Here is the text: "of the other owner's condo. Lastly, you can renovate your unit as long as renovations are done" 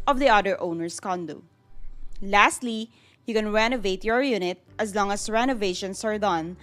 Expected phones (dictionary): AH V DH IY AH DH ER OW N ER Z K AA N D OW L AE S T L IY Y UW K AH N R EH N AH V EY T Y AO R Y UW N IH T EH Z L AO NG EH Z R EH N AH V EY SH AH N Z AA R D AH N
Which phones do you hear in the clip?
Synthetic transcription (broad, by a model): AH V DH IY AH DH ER OW N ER S K AA N D OW L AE S T L IY Y UW K AH N R EH N AH V EY T Y AO R Y UW N IH T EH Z L AO NG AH S R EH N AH V EY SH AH N S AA R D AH N